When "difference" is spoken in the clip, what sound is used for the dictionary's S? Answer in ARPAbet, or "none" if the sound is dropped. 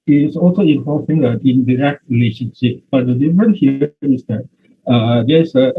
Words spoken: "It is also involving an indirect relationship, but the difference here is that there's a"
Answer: none